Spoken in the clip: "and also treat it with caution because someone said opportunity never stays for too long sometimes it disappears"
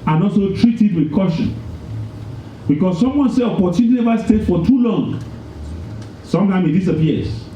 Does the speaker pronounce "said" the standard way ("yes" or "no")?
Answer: no